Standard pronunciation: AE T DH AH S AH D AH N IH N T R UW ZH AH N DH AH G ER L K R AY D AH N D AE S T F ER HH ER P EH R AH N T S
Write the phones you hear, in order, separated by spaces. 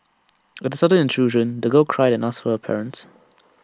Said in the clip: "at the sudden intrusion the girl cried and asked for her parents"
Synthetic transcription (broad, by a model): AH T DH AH S AH D AH N IH N T R UW ZH AH N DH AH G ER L K R AY D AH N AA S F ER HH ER P EH R AH N T S